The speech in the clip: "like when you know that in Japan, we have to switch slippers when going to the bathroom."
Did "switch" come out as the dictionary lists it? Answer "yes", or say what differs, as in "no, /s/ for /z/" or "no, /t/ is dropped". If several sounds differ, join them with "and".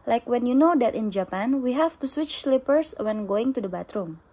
yes